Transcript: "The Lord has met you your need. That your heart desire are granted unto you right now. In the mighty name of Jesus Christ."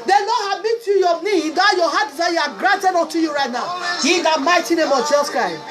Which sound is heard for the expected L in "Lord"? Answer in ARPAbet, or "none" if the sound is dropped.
N